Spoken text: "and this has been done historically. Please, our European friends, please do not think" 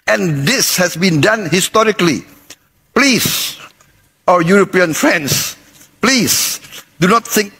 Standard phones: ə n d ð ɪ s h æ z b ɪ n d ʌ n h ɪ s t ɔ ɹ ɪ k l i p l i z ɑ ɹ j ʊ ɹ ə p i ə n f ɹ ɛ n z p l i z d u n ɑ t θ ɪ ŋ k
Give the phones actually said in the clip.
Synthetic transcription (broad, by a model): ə n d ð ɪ s h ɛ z b ɪ n d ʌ n h ɪ s t ɔ ɹ ɪ k l i p l i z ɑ j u ɹ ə p i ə n f ɹ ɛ n s p l i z d u n ɑ t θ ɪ ŋ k